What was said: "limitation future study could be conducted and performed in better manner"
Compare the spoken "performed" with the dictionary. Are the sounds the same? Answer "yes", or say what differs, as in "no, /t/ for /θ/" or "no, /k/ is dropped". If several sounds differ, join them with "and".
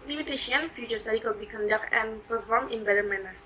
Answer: no, /d/ is dropped